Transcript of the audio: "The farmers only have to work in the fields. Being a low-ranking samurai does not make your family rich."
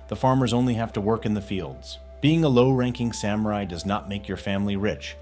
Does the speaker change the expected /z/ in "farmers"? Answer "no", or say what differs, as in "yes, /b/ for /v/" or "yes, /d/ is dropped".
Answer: no